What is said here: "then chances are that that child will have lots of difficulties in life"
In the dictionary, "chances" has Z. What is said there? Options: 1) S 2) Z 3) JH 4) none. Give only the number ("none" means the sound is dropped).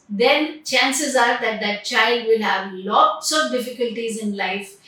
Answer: 2